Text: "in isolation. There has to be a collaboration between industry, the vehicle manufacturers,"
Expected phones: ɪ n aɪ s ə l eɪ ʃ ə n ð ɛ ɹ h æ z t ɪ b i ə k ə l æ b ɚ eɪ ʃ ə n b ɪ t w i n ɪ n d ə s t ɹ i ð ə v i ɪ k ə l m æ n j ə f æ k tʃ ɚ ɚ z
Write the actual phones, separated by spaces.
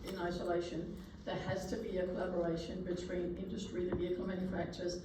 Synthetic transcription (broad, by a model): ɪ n aɪ s ə l eɪ ʃ ə n ð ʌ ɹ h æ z t ɪ b i ə k ə l æ b ɚ eɪ ʃ ə n b ɪ t w i n ɪ n d ə s t ɹ i ð ə v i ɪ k l m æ n j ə f æ k tʃ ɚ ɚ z